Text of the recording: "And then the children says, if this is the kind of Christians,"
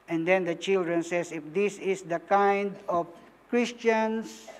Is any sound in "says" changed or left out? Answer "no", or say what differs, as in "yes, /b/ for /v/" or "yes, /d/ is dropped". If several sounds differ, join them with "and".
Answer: yes, /s/ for /z/